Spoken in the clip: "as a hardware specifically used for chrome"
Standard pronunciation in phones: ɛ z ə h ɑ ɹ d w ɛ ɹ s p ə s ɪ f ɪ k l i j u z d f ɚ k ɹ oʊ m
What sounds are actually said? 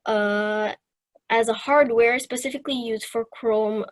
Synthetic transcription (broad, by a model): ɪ z ə h ɑ ɹ d w ɛ ɹ s p ə s ɪ f ɪ k l i j u z d f ɚ k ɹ oʊ m